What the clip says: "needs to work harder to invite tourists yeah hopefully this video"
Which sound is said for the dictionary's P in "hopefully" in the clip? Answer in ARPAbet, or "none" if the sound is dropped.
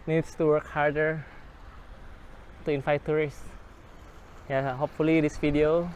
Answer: P